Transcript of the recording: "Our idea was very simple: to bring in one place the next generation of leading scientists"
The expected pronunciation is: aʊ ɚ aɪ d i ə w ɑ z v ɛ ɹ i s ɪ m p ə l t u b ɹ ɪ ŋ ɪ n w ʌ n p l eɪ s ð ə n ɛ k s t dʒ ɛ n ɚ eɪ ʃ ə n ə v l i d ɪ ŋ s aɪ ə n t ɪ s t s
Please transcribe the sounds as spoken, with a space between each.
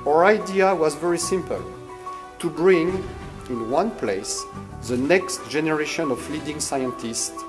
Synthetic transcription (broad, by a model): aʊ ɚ aɪ d i ə w ɑ z v ɛ ɹ i s ɪ m p ə l t u b ɹ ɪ ŋ ɪ n w ʌ n p l eɪ s ð ə n ɛ k s t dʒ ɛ n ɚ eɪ ʃ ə n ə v l i d ɪ ŋ s aɪ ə n t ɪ s t